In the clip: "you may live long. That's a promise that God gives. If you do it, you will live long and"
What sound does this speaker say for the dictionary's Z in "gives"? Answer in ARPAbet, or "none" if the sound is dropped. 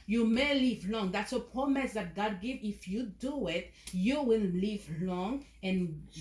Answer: none